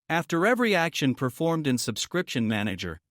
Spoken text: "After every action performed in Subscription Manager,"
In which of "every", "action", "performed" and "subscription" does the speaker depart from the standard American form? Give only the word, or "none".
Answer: none